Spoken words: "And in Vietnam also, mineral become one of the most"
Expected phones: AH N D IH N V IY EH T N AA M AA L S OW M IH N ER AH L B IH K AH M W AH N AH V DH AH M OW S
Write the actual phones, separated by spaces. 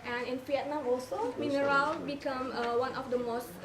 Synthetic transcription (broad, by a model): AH N IH N P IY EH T N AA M AA L S OW M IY N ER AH L B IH K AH M W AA N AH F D AH M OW S